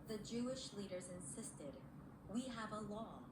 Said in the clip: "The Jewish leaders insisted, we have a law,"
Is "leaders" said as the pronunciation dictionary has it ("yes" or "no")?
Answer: yes